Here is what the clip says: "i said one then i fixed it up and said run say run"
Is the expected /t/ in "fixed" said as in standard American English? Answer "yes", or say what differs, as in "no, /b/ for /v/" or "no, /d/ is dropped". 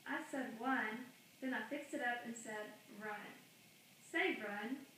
yes